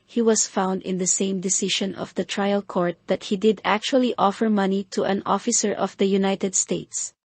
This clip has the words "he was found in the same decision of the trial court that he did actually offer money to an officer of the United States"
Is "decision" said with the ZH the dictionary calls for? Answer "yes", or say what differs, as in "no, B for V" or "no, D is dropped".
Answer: no, SH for ZH